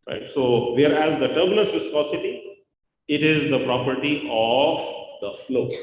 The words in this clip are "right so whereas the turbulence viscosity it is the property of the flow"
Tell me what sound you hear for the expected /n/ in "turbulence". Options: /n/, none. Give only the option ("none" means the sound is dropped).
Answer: none